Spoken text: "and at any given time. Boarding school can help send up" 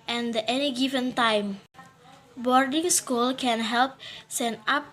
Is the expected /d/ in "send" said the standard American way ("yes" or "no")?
no